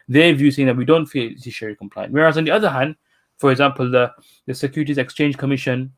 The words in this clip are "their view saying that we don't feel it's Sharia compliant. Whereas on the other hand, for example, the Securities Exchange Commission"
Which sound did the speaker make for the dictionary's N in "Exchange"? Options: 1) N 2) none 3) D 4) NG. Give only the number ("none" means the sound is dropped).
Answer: 1